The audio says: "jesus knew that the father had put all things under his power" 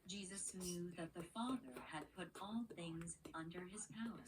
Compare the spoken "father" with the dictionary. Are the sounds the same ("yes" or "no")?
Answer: yes